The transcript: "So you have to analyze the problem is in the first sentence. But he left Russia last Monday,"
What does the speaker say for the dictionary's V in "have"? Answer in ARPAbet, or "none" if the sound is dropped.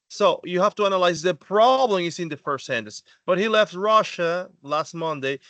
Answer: F